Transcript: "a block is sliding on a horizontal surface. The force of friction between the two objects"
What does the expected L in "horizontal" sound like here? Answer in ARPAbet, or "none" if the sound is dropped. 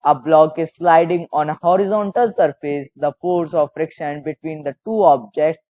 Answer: L